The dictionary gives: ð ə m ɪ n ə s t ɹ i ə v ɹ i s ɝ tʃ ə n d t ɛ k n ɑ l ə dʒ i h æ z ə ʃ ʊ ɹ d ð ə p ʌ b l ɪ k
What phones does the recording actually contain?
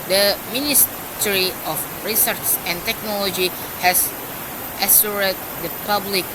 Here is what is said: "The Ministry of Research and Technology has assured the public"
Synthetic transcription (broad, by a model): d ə m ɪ n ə s t ɹ i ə f ɹ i s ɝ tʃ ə n t ɛ k n ɑ l ə dʒ i h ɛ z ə s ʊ ɹ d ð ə p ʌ b l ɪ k